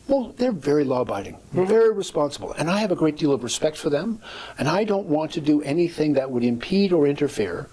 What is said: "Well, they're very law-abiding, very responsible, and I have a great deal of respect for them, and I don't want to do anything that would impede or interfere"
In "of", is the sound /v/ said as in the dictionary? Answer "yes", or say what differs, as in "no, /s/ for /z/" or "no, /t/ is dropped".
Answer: yes